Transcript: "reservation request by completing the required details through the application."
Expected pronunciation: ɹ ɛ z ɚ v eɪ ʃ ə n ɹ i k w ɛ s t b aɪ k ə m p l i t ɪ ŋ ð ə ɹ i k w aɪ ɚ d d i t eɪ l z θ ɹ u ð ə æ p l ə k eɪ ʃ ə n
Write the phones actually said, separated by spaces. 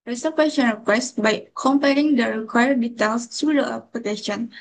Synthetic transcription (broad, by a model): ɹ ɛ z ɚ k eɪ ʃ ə n ɹ i k w ɛ s t b aɪ k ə m p ɛ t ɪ ŋ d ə ɹ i k w aɪ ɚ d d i t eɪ l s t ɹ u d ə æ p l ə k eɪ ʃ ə n